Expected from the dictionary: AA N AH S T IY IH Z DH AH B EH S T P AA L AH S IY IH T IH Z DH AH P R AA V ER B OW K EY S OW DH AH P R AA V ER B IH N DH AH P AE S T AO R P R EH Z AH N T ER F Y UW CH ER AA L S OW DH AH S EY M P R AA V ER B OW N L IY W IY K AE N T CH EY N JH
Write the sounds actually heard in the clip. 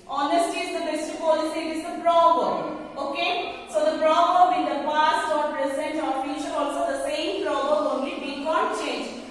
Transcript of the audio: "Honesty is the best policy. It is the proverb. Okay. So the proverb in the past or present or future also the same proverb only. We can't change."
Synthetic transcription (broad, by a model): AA N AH S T IY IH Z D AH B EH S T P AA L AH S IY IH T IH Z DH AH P R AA B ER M OW K EY S OW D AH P R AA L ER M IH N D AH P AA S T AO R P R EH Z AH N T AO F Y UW SH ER AA L S OW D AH S EY M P R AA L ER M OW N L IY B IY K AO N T CH EY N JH